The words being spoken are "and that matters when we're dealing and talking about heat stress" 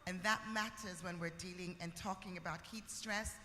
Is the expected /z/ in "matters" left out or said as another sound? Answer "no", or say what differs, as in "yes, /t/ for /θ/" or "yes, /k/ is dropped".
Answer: no